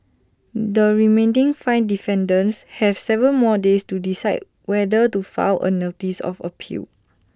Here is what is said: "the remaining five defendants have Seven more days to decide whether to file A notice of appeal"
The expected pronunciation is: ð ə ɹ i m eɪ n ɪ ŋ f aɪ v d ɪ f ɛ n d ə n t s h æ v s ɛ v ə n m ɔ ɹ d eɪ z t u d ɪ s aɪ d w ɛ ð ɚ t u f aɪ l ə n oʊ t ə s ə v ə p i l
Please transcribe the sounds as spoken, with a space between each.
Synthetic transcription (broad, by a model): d ə ɹ i m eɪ n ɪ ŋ f aɪ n d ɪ f ɛ n d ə n s h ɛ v s ɛ v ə l m ɔ d eɪ s t u d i s aɪ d w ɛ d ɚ t u f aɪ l ə n oʊ t ə s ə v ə p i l